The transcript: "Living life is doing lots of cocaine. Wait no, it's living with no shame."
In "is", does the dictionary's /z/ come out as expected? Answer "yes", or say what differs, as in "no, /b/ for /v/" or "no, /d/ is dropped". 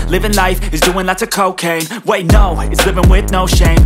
yes